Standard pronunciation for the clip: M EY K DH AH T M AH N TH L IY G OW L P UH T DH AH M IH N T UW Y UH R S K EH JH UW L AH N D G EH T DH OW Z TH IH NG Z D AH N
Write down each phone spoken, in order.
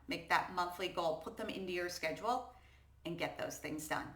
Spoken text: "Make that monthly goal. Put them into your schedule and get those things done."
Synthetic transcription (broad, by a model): M EY K DH AH T M AH N TH L IY G OW L P UH T DH AH M IH N T UW Y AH R S K EH JH UW L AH N G EH T DH OW Z TH IH NG Z D AH N